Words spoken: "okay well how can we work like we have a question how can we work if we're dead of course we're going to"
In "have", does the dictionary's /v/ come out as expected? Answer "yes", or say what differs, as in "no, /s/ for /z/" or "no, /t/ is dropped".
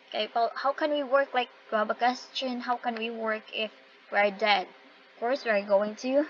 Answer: no, /b/ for /v/